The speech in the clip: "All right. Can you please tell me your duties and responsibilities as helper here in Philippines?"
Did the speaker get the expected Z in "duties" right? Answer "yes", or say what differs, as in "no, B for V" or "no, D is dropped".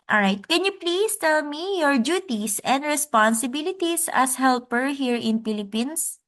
no, S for Z